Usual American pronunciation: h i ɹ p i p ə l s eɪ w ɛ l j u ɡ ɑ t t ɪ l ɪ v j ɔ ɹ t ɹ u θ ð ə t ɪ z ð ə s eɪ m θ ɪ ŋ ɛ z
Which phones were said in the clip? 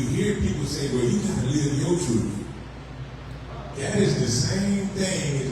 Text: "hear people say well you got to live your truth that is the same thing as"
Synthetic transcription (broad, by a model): h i ɹ p i p l s eɪ w ɛ l j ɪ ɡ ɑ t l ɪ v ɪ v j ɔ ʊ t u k ð ə t ɪ z ð ə s eɪ m θ ɪ ŋ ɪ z